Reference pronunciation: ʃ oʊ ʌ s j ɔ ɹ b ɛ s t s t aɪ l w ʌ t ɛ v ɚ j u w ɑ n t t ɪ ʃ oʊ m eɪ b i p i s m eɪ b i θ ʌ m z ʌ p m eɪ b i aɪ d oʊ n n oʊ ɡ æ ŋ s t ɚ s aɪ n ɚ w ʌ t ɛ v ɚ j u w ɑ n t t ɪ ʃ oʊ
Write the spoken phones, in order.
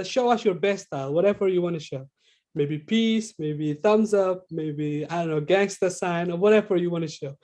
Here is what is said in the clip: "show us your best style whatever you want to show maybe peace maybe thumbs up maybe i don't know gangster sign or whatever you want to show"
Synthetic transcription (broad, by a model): ʃ oʊ ʌ s j ɔ ɹ b ɛ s s t aɪ l w ʌ t ɛ v ɚ j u w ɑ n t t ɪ ʃ oʊ m eɪ b i p i s m eɪ b i θ ʌ m z ʌ p m eɪ b i aɪ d oʊ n n oʊ ɡ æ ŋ s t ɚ s aɪ n ɚ w ʌ t ɛ v ɚ j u w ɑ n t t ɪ ʃ oʊ